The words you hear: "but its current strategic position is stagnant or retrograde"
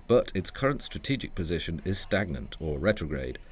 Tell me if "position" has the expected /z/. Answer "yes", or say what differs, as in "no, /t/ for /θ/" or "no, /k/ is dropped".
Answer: yes